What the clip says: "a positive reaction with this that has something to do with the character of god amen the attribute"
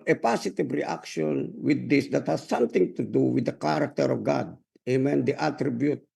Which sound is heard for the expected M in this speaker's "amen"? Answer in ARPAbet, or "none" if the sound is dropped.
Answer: M